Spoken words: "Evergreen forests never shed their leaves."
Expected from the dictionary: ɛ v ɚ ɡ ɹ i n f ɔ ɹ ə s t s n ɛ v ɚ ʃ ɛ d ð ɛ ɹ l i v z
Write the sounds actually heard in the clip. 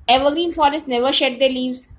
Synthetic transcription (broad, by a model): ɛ v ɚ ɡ ɹ i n f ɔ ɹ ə s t n ɛ v ɚ ʃ ɛ d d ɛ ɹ l i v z